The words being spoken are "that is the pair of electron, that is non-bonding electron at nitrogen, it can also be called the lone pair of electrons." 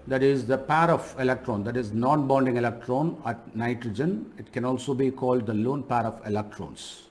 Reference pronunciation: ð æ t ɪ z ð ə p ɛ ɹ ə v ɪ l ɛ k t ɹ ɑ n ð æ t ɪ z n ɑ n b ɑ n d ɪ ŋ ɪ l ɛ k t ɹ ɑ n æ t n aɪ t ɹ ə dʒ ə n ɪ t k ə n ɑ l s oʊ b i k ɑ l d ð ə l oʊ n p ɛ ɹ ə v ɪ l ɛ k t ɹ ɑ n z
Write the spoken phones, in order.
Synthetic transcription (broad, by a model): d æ t ɪ z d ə p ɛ ɹ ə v ɪ l ɛ k t ɹ ɑ n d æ t ɪ z n ɑ n b ɑ n d ɪ ŋ ɪ l ɛ k t ɹ ɑ n æ t n aɪ t ɹ ə dʒ ə n ɪ t k ə n ɑ l s oʊ b i k ɑ l d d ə l oʊ n p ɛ ɹ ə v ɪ l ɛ k t ɹ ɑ n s